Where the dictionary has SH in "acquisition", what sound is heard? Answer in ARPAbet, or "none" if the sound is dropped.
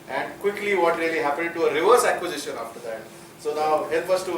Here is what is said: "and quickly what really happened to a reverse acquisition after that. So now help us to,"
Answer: SH